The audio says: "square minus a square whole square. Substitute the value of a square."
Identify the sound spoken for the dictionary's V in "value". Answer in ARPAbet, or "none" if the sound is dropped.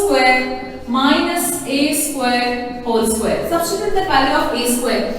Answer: P